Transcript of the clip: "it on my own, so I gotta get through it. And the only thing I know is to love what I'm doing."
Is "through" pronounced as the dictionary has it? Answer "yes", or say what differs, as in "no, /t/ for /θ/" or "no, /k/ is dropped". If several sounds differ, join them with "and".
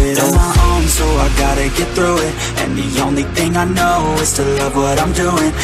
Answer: yes